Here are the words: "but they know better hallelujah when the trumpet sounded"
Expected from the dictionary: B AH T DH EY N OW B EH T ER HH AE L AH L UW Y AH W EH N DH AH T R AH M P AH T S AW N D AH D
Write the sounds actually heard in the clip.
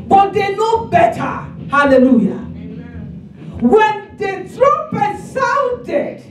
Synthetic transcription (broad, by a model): B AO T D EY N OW B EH T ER HH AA L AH L UW Y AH W EH N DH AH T R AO P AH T S AW N D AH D